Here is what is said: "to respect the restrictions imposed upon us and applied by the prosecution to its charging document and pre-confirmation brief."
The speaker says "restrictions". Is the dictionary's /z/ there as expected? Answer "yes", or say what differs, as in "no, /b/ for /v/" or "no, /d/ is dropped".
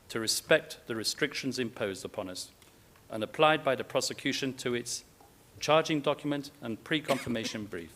yes